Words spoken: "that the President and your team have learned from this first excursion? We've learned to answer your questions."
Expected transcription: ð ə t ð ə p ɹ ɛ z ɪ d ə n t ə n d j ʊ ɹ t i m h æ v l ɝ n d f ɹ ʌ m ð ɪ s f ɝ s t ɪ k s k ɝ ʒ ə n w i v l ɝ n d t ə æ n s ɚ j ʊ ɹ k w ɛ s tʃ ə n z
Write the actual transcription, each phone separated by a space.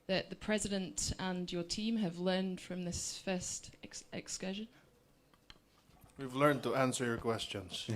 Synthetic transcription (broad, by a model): ð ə t ð ə p ɹ ɛ z ɪ d ə n t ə n j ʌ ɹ t i m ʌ v l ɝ n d f ɹ ʌ m ð ɪ s f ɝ s t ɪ k s k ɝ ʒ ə n w i v l ɝ n t ə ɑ n s ɚ j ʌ ɹ k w ɛ s tʃ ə n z